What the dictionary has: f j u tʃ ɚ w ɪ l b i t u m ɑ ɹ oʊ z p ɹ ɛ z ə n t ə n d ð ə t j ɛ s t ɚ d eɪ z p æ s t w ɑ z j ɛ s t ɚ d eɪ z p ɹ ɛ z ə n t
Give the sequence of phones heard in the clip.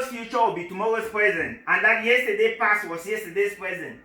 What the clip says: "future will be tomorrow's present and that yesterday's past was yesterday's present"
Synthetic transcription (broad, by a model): f j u tʃ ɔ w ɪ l b i t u m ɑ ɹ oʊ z p ɹ ɛ z ə n t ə n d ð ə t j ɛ s t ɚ d eɪ p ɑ s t w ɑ s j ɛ s t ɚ d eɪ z p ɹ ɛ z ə n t